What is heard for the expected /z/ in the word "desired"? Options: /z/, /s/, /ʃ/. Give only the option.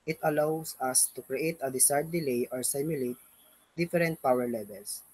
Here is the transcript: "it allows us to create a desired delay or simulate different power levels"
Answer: /s/